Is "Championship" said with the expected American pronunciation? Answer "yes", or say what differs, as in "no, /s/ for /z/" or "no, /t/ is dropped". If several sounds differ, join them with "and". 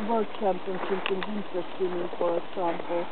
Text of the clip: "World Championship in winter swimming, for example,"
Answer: no, /s/ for /ʃ/